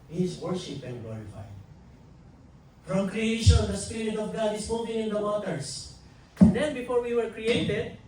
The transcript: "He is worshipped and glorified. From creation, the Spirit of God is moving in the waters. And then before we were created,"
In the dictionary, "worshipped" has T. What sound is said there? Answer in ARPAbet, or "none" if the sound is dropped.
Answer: none